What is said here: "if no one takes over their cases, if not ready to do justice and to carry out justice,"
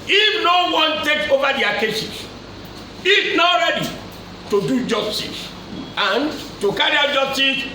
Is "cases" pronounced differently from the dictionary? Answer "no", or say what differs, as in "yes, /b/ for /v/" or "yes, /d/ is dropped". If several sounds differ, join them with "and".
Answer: yes, /s/ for /z/